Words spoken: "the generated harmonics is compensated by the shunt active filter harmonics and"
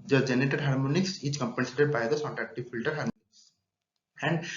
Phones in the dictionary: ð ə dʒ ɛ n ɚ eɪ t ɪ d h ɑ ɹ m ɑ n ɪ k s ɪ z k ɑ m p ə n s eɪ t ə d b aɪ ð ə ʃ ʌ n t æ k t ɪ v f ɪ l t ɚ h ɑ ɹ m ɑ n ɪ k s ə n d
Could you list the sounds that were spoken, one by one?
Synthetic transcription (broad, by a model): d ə dʒ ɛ n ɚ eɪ t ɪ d h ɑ ɹ m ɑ n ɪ k s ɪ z k ɑ m p ə n s eɪ t ə d b aɪ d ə s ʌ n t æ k t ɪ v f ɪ l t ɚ h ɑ ɹ m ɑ n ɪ k s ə n d